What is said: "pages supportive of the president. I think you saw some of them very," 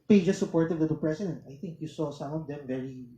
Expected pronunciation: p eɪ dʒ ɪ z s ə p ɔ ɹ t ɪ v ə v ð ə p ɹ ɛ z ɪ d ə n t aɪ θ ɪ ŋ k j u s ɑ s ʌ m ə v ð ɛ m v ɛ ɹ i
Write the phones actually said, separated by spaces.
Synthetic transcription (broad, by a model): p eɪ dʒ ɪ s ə p ɔ ɹ t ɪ w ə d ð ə p ɹ ɛ s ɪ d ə n t aɪ θ ɪ ŋ k j u s ɑ s ʌ m ə v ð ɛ m v ɛ ɹ i